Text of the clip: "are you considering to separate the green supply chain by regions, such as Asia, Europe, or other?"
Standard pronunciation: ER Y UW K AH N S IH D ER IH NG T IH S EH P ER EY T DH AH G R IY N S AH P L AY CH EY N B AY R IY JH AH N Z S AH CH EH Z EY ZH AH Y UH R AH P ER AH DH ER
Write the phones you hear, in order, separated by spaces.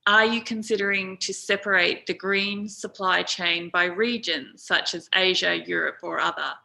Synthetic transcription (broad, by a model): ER Y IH K AH N S IH D ER IH NG T IH S EH P ER EY T DH AH G R IY N S AH P L AY CH EY N B AY R IY JH AH N Z S AH CH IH Z EY ZH AH Y UH R AH P ER AH DH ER